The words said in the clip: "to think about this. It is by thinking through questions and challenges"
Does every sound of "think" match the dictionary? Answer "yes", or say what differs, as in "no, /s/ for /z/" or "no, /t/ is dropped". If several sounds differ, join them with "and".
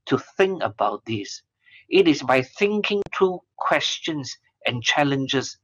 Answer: yes